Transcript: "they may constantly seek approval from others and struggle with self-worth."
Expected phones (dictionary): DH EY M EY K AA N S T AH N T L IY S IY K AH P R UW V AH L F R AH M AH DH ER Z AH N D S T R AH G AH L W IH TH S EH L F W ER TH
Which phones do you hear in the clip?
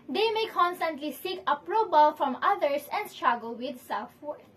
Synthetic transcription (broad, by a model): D EY M EY K AA N S T AH N T L IY S IY K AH P R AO B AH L F R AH M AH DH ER S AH N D S T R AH G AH L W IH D S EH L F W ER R